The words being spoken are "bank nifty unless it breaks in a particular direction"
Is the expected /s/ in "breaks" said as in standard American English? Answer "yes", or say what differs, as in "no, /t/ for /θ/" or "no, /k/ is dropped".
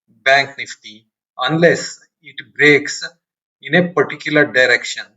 yes